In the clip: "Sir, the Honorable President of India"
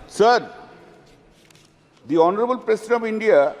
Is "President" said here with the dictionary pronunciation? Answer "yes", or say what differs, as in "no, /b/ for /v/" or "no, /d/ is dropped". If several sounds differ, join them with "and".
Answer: no, /s/ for /z/